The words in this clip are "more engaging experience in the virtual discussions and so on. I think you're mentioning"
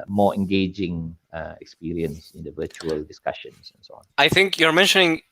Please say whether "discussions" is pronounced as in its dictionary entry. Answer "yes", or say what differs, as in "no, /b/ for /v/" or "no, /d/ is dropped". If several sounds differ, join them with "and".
no, /s/ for /z/